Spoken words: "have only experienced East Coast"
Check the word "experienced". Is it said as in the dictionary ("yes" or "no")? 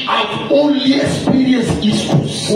no